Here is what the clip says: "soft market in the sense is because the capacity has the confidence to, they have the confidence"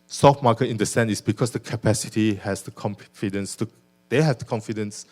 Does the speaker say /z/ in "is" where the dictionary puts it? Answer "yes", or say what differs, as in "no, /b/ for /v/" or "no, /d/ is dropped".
no, /s/ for /z/